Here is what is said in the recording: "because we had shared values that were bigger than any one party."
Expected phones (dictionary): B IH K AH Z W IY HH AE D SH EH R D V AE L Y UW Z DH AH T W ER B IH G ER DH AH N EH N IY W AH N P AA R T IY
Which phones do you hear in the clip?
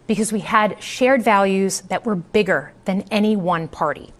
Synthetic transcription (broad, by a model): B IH K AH Z W IY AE D SH EH R D V AE L Y UW Z DH AH T W ER B IH G ER DH AH N EH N IY W AH N P AA R T IY